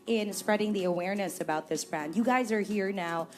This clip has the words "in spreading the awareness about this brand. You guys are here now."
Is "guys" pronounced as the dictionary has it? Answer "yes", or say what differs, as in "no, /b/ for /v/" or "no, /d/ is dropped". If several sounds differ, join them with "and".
yes